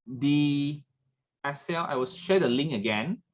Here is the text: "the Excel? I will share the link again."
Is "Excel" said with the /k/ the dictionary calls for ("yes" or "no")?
no